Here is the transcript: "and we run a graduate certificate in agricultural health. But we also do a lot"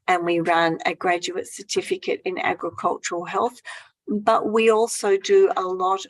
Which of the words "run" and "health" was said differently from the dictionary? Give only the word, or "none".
none